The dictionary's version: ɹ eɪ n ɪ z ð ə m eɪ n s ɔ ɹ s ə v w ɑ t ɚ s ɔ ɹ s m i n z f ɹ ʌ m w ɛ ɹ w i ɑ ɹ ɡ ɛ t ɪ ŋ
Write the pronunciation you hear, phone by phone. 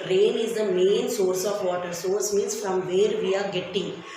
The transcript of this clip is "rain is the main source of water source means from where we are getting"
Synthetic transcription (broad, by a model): ɹ eɪ n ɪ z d ə m eɪ n s ɔ ɹ s ə v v ɑ t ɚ s ɔ ɹ s m i n s f ɹ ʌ m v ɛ ɹ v i ɑ ɹ ɡ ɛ t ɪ ŋ